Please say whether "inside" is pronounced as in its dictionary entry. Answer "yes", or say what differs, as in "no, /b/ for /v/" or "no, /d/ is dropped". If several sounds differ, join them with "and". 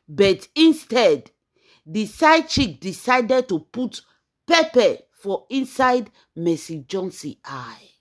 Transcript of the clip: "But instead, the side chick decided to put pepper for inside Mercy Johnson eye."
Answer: yes